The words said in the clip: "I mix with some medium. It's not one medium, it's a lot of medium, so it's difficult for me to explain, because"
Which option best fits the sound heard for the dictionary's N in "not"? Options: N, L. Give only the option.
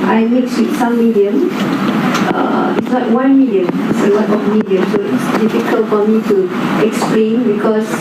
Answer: L